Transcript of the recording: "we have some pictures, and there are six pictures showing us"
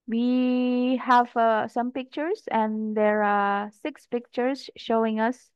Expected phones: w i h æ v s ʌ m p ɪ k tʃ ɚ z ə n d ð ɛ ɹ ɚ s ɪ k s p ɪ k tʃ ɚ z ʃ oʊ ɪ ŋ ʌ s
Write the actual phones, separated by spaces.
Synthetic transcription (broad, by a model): w i h æ v s ʌ m p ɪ k tʃ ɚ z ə n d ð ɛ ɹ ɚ s ɪ k s p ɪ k tʃ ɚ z ʃ oʊ ɪ ŋ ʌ s